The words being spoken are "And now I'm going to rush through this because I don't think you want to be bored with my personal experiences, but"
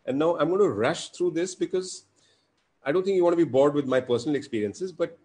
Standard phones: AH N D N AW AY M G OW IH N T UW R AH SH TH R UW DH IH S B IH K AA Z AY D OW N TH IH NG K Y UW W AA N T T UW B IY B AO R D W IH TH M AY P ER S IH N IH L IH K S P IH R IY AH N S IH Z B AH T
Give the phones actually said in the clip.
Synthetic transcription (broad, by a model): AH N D N AW AY M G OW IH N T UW R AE SH T R UW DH IH S B IH K AA Z AY D OW N T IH NG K Y UW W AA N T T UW B IY B AO R D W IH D M AY P ER S IH N IH L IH K S P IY R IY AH N S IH Z B AH T